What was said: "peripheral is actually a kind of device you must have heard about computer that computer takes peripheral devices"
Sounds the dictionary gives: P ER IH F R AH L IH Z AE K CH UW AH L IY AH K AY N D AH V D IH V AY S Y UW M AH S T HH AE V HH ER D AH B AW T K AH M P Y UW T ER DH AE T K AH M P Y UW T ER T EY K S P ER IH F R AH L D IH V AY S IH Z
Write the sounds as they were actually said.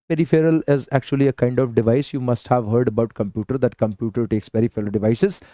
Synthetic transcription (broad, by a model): P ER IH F R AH L IH Z AE K CH UW AH L IY AH K AY N D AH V D IH V AY S Y UW M AH S T HH AE V HH ER D AH B AW T K AH M P Y UW T ER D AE T K AH M P Y UW T ER T EY K S P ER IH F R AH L D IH V AY S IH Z